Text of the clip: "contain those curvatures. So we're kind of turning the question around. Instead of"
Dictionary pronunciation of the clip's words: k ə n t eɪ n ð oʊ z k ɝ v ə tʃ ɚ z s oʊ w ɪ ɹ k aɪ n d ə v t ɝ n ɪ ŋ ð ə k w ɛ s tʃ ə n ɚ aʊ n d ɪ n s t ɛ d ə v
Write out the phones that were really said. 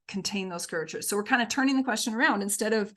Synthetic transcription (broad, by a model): k n t eɪ n ð oʊ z k ɝ ə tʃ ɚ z s oʊ w ɪ ɹ k aɪ n d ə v t ɝ n ɪ ŋ ð ə k w ɛ s tʃ ə n ɚ aʊ n d ɪ n s t ɛ d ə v